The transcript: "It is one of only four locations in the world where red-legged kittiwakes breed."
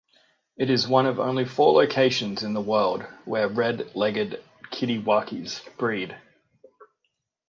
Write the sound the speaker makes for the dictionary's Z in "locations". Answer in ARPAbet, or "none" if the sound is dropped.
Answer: Z